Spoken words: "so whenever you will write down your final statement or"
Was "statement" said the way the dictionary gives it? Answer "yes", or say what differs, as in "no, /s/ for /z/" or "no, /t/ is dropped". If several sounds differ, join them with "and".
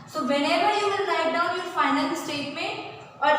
yes